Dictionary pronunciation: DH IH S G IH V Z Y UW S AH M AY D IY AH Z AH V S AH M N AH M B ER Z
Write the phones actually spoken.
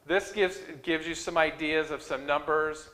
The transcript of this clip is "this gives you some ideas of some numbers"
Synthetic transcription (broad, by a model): DH IH S G IH V Z Y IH S AH M AY D IY AH Z AH V S AH M N AH M B ER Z